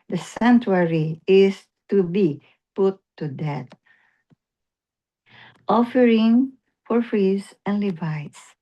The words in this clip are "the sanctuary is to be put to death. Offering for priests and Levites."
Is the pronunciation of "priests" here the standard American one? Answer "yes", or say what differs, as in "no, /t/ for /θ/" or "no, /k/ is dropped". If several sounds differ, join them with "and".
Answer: no, /f/ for /p/